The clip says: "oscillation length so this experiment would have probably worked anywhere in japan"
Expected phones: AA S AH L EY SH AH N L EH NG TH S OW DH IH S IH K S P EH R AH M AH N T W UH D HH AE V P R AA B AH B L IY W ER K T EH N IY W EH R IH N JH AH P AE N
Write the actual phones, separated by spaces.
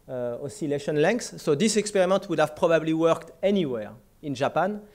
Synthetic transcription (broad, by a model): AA S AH L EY SH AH N L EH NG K S OW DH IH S IH K S P EH R AH M AH N T W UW D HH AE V P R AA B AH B L IY W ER K T EH N IY W EH R IH N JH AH P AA N